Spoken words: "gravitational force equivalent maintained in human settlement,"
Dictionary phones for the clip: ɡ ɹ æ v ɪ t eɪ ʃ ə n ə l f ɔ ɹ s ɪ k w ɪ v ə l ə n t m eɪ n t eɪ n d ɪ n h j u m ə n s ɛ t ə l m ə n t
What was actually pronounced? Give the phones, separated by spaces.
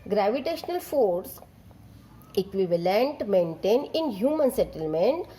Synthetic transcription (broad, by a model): ɡ ɹ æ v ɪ t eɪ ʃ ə n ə l f ɔ ɹ s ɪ k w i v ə l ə n t m eɪ n t eɪ n ɪ n h j u m ə n s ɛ t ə l m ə n t